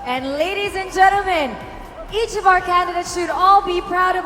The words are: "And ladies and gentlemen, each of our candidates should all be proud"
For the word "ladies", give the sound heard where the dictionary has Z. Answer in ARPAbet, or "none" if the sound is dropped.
Z